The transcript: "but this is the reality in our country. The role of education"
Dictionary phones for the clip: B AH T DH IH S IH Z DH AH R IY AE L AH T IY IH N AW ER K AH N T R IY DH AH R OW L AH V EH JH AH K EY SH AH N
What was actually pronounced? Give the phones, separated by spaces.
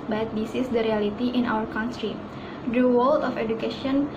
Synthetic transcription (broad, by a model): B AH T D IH S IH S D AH R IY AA L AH T IY IH N AW ER K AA N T R IY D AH W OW L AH F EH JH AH K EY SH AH N